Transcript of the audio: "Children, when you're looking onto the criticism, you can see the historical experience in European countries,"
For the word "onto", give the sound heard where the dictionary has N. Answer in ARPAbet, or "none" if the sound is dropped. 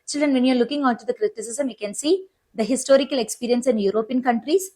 none